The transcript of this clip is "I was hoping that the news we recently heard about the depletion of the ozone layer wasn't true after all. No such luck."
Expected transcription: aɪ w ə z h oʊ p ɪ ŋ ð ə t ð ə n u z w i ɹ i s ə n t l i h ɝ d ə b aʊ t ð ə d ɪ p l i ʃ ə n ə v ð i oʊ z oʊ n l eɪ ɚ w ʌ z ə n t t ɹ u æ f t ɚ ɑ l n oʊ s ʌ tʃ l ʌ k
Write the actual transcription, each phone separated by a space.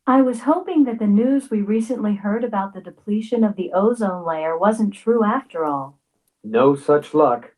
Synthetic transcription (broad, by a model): aɪ w ə z h oʊ p ɪ ŋ ð ə t ð ə n u z w i ɹ i s ə n t l i h ɝ d ə b aʊ t ð ə d ɪ p l i ʃ ə n ə v ð i oʊ z oʊ n l eɪ ɚ w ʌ z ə n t t ɹ u æ f t ɚ ɑ l n oʊ s ʌ tʃ l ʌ k